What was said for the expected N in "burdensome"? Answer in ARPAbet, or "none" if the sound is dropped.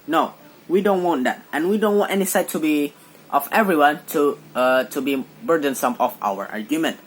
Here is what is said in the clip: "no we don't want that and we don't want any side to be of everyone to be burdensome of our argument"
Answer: N